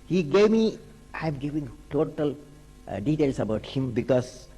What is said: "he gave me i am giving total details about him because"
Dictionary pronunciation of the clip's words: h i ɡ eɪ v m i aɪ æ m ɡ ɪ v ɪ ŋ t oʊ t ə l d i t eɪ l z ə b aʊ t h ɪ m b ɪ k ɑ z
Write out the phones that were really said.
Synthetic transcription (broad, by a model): h i ɡ eɪ v m i aɪ m ɡ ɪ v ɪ ŋ t oʊ t ə l d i t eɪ l s ə b aʊ t h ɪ m b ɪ k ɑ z